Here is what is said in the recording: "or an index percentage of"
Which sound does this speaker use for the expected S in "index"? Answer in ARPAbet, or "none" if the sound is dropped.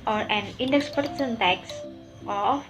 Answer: S